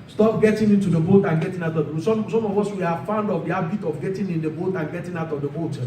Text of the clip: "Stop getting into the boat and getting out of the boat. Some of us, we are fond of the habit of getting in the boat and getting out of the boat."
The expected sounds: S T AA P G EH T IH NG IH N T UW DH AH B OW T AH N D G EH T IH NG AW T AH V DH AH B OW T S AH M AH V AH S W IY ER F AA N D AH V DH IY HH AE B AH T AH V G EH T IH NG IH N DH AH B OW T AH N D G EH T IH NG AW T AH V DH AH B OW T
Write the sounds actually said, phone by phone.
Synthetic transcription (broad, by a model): S T AA P G EH T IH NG IH N T UW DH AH B OW T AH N G EH T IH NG AW T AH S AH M S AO M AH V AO S W IY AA F AA N D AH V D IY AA B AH T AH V G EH T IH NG IH N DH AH B OW T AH N G EH T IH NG AW T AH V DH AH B OW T